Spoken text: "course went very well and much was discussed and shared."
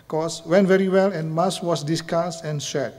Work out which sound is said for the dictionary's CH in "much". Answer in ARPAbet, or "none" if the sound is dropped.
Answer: S